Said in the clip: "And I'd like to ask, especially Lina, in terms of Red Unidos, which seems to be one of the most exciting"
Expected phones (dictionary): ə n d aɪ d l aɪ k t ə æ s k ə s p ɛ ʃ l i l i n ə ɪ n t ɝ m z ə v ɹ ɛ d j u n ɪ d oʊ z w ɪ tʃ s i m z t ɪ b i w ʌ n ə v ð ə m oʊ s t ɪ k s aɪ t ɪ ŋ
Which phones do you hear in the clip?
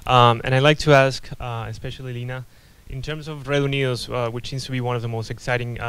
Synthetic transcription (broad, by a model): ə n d aɪ l aɪ k t ə æ s k ə s p ɛ ʃ l i l i n ə ɪ n t ɝ m z ə v ɹ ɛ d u n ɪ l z w ɪ tʃ s i m z t ɪ b i w ʌ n ə v ð ə m oʊ s t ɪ k s aɪ t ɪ ŋ